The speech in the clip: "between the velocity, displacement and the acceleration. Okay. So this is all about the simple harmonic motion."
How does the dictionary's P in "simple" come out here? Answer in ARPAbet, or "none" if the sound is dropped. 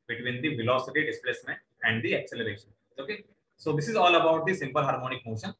P